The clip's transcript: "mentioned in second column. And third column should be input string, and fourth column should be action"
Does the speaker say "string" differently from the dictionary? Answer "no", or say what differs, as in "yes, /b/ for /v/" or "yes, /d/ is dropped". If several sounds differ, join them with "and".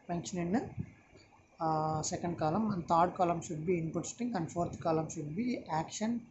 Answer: yes, /ɹ/ is dropped